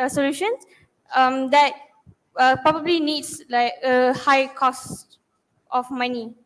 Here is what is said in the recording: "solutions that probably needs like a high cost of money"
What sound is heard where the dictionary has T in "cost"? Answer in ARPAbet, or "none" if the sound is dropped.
T